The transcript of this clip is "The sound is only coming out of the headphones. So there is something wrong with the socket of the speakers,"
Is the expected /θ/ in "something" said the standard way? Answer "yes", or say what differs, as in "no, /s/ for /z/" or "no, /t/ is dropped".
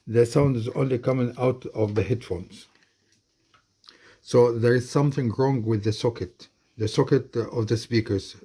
yes